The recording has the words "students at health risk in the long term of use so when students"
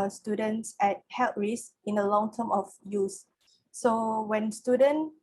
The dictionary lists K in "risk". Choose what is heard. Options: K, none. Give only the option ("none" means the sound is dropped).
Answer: none